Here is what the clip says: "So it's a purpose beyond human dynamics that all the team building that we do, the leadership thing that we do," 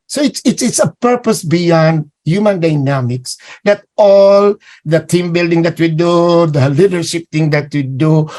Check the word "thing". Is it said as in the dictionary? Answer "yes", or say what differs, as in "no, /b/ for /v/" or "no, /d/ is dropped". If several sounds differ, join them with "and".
no, /t/ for /θ/